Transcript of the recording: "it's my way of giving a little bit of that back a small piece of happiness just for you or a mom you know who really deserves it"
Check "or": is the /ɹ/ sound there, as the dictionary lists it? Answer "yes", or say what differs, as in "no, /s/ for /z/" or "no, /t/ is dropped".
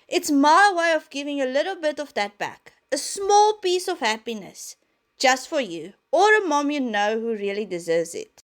yes